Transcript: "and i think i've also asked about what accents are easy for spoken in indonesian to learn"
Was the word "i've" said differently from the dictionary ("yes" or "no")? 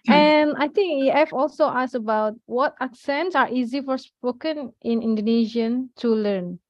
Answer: yes